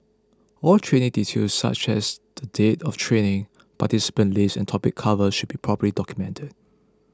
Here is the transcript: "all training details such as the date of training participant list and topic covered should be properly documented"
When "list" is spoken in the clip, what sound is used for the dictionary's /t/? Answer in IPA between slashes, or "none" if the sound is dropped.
none